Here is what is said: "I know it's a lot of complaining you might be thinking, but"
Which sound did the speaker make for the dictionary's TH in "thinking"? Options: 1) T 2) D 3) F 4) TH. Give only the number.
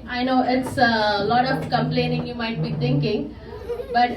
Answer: 1